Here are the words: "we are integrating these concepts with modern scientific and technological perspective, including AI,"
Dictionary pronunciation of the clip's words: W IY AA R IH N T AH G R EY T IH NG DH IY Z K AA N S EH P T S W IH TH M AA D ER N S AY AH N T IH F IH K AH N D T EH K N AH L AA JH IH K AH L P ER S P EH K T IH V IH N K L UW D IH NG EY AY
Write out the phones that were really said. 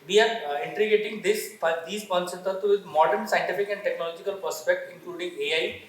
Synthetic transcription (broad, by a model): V IY AA R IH N T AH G EY T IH NG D IY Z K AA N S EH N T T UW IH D M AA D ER N S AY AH N T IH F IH K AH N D T EH K N AH L AA JH IH K AH L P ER S P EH K T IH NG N K L UW D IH NG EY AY